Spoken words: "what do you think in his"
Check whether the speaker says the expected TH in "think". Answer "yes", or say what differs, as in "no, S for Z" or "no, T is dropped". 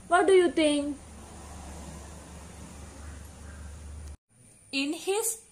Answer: no, T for TH